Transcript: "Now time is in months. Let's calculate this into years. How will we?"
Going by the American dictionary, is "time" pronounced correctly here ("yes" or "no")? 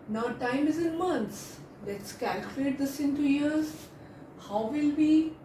yes